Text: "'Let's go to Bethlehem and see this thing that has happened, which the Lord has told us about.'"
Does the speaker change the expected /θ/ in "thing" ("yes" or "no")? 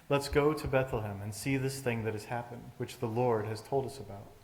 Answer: no